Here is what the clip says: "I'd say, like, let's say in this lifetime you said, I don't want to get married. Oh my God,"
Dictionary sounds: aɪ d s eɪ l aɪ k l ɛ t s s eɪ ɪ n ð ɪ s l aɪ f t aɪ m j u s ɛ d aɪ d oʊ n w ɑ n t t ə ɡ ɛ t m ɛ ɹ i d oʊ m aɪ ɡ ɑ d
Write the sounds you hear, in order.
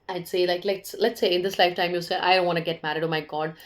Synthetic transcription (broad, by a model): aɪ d s eɪ l aɪ k l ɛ t s s eɪ ɪ n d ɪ s l aɪ f t aɪ m j u s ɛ aɪ d oʊ n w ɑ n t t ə ɡ ɛ t m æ ɹ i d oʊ m aɪ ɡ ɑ d